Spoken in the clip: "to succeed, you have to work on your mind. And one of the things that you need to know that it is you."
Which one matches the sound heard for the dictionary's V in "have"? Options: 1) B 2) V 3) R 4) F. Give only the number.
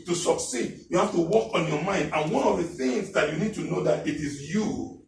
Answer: 4